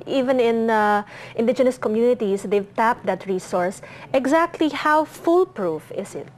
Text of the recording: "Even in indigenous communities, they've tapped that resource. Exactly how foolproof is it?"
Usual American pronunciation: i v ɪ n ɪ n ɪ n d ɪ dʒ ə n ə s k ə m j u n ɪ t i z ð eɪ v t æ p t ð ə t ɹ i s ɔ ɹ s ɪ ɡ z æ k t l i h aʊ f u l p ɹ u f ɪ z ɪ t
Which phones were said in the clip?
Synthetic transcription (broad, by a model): i v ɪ n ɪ n ɪ n d ɪ dʒ ə n ə s k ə m j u n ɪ t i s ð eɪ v t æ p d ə t ɹ i s ɔ ɹ s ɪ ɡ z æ k t l i h aʊ f u l p ɹ u f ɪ s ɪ t